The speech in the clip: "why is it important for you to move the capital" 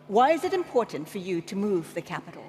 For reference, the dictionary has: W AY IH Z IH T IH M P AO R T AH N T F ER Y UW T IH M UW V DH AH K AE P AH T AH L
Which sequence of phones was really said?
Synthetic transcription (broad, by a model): W AY IH Z IH T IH M P AO R T N T F ER Y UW T IH M UW V DH AH K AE P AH T L